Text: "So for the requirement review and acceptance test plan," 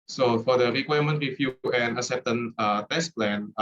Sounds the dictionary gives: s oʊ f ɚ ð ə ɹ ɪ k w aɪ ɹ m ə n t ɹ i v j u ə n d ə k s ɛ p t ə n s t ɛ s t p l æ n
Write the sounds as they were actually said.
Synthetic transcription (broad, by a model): s oʊ f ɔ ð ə ɹ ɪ k w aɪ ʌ m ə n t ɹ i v j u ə n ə s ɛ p t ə n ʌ t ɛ s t p l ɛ n